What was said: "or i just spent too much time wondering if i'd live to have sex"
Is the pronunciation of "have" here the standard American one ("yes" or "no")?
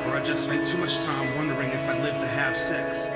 no